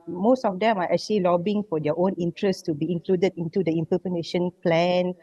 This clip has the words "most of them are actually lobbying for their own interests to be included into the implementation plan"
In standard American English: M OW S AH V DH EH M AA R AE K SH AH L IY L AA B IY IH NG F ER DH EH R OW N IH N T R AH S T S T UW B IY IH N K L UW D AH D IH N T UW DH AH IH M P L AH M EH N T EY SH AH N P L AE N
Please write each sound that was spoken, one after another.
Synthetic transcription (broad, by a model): M OW S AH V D EH M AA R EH K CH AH L IY L AA B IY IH NG F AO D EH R OW N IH N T R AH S S T UW B IY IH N K L UW D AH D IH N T UW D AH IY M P AH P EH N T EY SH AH N P L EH N